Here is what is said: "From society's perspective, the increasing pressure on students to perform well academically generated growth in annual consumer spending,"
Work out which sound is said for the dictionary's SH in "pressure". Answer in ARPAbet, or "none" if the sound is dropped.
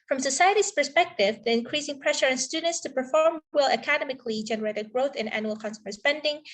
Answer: SH